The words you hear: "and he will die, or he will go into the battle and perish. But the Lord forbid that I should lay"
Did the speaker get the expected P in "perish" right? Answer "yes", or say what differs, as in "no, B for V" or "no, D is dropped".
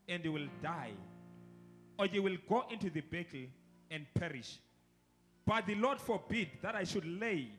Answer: yes